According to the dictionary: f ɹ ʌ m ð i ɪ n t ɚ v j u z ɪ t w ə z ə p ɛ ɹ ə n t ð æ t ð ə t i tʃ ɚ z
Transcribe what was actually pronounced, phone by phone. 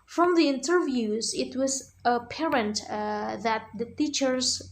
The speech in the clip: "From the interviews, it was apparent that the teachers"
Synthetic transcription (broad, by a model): f ɹ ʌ m ð i ɪ n t ɚ v j u z ɪ t w ə z ə p ɛ ɹ ə n t ð æ t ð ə t i tʃ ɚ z